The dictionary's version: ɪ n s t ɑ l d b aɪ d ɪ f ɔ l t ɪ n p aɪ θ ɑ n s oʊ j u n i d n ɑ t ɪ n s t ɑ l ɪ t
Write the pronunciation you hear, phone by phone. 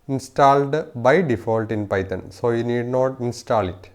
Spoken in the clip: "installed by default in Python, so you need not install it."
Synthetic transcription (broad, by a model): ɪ n s t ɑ l d b aɪ d ɪ f ɔ l t ɪ n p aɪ t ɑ n s oʊ j u n i d n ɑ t ɪ n s t ɑ l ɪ t